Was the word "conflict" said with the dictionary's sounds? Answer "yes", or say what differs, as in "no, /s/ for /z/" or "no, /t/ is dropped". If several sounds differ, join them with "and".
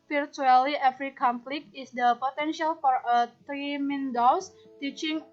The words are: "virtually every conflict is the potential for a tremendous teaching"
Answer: no, /t/ is dropped